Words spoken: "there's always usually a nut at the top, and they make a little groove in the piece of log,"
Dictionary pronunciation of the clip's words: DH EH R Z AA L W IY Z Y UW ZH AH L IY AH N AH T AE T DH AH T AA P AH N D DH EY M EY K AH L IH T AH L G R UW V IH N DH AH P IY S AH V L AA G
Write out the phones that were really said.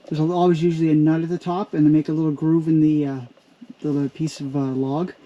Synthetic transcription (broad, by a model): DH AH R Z AA L W IY Z Y UW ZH L IY AH N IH T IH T DH AH T AA P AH N DH EY M EY K AH L IH T L G R UW V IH N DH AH P IY S AH V L AA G